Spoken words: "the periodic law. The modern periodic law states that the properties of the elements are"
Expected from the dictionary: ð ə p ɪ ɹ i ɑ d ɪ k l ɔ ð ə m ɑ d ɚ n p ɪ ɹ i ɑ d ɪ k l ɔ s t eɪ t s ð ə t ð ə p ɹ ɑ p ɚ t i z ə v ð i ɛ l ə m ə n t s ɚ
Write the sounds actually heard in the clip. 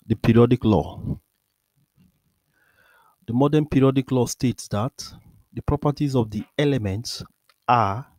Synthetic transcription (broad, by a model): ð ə p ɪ ɹ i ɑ d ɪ k l ɔ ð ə m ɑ d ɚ n p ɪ ɹ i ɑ d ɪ k l ɔ s t eɪ t s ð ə t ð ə p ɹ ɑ p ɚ t i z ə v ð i ɛ l ə m ə n t s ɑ